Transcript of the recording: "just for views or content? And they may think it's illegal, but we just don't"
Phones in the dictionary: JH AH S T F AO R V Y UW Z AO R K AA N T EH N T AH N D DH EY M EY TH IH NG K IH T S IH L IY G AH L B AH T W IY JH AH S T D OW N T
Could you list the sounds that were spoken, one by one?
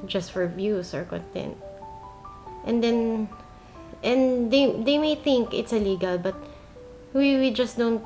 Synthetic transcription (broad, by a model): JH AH S T F AO R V Y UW S AO R K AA N T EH N T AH N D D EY M EY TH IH NG K IH T S IH L IY G AH L B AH T W IY JH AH S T D OW N T